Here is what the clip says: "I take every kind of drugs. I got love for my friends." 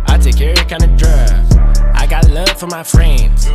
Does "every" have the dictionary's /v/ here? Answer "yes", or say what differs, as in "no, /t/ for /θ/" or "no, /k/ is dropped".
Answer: no, /v/ is dropped